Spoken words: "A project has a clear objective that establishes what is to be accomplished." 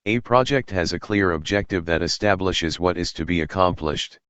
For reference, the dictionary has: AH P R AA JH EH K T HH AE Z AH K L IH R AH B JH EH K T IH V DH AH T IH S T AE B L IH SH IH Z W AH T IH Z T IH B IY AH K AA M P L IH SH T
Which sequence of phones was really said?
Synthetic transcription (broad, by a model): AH P R AA JH EH K T HH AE Z AH K L IH R AH B JH EH K T IH V DH AH T IH S T AE B L IH SH IH Z W AH T IH Z T IH B IY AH K AA M P L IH SH T